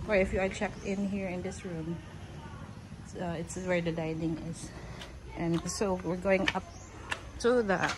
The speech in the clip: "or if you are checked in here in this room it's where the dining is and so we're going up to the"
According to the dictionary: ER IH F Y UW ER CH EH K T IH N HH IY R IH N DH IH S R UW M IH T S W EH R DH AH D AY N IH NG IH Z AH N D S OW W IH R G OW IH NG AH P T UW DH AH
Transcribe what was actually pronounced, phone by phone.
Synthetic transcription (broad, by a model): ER IH F Y UW ER CH EH K T IH N HH IY R IH N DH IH S R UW M IH T S W EH R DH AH D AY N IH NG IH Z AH N S OW W IH R G OW IH NG AH P T UW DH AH